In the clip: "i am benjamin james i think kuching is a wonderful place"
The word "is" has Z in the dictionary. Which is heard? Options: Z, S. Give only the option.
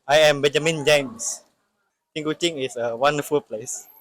S